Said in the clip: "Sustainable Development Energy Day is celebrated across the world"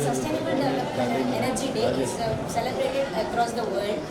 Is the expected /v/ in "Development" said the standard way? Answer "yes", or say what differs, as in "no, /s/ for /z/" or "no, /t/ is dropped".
no, /v/ is dropped